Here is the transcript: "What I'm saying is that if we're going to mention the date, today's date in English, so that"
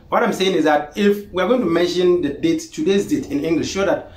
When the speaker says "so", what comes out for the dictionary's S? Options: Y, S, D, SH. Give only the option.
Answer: SH